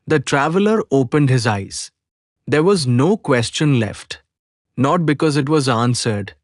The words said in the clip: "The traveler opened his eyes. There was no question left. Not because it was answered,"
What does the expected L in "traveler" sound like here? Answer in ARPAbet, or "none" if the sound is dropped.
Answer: L